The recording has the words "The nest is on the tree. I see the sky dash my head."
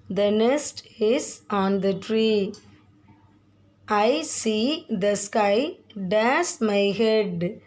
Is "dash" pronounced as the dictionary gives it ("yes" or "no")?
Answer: no